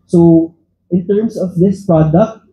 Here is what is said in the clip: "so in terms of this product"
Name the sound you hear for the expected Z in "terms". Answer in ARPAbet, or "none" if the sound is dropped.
S